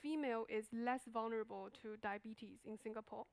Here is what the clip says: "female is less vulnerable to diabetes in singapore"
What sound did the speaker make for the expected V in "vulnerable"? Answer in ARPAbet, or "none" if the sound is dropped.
V